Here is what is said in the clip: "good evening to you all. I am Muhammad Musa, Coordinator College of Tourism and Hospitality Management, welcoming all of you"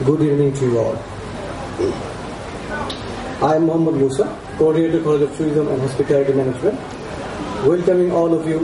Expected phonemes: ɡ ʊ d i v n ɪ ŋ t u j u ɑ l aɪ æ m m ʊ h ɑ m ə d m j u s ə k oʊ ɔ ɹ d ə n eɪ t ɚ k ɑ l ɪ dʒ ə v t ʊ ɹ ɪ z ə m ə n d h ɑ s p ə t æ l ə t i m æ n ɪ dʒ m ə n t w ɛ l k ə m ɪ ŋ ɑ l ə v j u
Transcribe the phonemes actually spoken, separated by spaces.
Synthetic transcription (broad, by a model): ɡ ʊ d i v n ɪ ŋ t u j u ɑ l aɪ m m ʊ h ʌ m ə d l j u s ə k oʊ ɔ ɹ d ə eɪ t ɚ k ɑ l ɪ dʒ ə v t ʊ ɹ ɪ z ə m ə n d h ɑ s p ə t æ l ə t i m æ n ɪ dʒ m ə n t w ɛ l k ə m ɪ ŋ ɑ l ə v j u